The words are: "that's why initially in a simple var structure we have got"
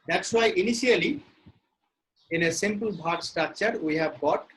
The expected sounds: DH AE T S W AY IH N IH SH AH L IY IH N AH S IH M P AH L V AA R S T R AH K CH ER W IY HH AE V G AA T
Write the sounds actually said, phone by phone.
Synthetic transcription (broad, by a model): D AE T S W AY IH N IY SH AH L IY IH N AH S IH M P AH L B AA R S T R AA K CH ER W IY HH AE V G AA T